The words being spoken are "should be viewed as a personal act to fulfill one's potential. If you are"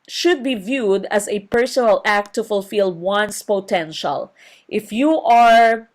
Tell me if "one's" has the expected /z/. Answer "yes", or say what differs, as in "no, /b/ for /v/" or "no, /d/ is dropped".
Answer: no, /s/ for /z/